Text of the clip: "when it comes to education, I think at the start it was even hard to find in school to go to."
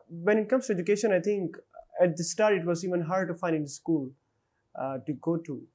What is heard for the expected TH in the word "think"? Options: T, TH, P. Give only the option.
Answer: T